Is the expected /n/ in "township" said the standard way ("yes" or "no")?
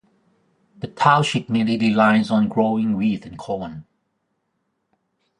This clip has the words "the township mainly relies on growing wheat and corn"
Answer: no